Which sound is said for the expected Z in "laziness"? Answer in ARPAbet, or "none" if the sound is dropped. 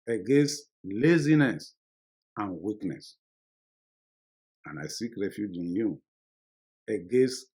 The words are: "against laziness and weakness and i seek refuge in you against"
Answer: Z